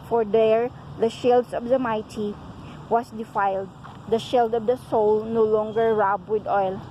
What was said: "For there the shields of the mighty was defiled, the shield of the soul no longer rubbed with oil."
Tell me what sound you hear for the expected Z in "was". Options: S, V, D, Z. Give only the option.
S